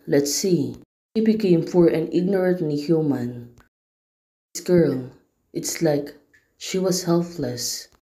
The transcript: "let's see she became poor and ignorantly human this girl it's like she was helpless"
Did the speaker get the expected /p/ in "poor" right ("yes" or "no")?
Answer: no